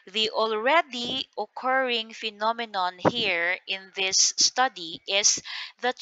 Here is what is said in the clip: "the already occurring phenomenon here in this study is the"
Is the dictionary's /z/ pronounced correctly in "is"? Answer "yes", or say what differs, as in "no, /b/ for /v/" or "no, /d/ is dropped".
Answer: no, /s/ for /z/